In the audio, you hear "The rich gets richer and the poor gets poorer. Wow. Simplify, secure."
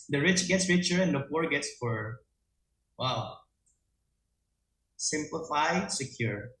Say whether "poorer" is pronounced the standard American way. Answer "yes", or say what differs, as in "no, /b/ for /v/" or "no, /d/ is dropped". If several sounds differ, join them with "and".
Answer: no, /f/ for /p/